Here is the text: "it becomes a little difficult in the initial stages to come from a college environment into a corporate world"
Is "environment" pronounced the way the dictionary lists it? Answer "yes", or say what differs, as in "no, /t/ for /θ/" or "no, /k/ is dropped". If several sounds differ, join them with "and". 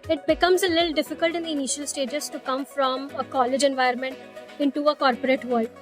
no, /ɹ/ is dropped